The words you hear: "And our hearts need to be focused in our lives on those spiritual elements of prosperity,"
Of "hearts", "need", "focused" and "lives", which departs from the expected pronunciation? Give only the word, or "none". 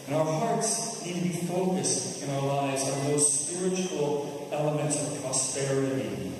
none